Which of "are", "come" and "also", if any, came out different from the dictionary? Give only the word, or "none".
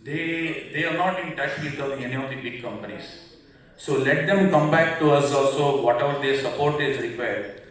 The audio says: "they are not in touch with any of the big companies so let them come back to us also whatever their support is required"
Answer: none